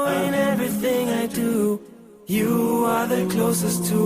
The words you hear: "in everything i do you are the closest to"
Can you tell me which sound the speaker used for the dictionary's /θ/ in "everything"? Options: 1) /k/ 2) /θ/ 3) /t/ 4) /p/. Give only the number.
2